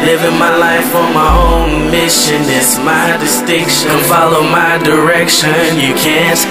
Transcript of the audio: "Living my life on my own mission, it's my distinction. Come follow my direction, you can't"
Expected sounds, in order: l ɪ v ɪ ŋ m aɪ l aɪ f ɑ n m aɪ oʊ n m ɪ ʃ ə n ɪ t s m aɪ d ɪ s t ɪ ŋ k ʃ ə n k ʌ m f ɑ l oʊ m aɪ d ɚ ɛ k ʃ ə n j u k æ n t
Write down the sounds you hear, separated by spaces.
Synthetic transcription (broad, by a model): l ɪ v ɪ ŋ m aɪ l aɪ f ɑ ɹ m aɪ oʊ n m ɪ ʃ ə n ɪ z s m aɪ d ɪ s t ɪ ŋ k ʃ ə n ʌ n f ɑ l oʊ m aɪ d ɚ ɛ k ʃ ə n j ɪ k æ n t